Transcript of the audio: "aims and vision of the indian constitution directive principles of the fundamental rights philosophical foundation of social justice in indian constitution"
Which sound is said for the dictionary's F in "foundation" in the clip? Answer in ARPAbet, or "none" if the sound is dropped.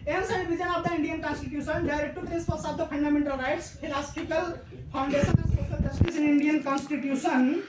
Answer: P